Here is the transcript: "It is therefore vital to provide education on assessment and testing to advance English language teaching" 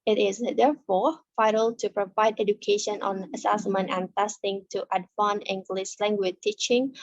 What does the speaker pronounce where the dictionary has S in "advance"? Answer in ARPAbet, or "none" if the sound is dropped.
none